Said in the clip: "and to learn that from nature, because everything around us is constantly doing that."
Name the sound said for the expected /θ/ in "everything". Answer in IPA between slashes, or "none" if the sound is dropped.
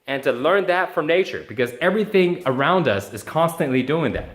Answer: /θ/